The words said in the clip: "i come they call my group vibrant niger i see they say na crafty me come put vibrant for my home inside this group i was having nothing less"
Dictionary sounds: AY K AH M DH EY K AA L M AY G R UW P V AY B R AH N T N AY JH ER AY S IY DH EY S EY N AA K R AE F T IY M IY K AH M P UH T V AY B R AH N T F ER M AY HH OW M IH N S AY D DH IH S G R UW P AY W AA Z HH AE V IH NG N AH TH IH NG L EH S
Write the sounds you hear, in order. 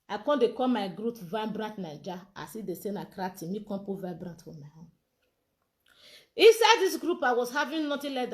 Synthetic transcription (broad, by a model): AY K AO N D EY K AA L M AY G R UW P V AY B R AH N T N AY JH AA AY S IY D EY S EY N AA K R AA T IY M IY K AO P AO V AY B R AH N T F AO M AY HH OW IH N S AY D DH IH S G R UW P AY W AA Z HH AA V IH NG N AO T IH L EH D